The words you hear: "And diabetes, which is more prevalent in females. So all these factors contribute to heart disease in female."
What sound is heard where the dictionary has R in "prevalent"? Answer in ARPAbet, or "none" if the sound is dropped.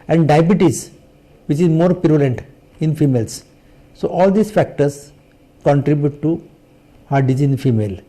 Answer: none